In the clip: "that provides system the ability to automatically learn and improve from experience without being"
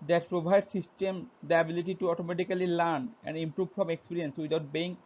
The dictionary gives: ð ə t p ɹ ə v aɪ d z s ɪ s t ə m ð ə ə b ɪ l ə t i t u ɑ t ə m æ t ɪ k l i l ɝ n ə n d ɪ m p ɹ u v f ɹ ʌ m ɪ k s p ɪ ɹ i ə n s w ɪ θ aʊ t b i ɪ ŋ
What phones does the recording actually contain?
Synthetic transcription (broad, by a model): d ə t p ɹ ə b aɪ d s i s t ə m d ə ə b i l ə t i t u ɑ t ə m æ t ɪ k l i l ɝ n ə n d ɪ m p ɹ u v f ɹ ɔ m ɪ k s p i ɹ i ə n s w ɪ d aʊ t b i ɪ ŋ